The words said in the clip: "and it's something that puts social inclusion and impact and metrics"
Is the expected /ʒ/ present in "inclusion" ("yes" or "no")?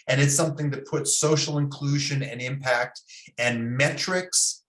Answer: yes